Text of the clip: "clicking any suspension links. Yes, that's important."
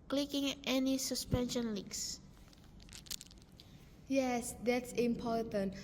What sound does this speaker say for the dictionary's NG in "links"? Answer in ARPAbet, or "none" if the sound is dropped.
none